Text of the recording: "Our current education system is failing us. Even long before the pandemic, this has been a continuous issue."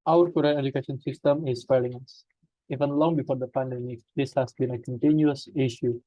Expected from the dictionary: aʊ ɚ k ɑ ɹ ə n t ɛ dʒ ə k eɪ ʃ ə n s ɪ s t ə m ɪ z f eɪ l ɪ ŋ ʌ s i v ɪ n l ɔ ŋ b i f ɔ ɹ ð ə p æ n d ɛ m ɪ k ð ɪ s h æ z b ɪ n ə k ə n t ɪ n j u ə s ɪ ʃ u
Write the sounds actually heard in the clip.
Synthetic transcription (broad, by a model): aʊ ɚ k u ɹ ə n ɛ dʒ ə k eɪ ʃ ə n s ɪ s t ə m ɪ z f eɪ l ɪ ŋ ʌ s i v ɪ n l ɔ ŋ b i f ɔ ɹ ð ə p æ n d ɛ m ɪ k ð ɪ s h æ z b ɪ n ə k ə n t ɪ n j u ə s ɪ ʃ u